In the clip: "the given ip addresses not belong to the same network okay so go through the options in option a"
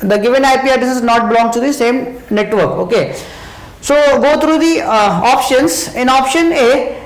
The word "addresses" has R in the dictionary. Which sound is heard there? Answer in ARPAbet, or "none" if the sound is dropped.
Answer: none